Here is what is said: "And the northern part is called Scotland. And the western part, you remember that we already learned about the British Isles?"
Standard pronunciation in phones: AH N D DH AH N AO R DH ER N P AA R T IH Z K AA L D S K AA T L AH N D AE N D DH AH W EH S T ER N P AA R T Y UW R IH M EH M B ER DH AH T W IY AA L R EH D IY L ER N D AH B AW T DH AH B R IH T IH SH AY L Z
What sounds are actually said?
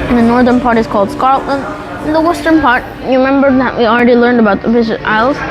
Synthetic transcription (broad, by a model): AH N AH N AO R DH ER N P AA R T IH Z K AA L D S K AA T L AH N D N DH AH W EH S T ER N P AA R T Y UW R IH M EH M B ER DH AH T W IY L R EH D IY L ER N D AH B AW T DH AH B IH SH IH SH AY L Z